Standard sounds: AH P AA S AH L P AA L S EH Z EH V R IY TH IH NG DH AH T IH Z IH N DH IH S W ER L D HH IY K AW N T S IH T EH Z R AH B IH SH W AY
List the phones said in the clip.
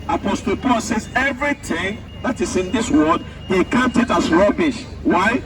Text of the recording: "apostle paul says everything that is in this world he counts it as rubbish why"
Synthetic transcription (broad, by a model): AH P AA S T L P AA L S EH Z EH V R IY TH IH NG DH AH T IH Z IH N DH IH S W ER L D HH IY K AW N T IH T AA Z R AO B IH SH W AY